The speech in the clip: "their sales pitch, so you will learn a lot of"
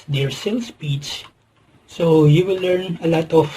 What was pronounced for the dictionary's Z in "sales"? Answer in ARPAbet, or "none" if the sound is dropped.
S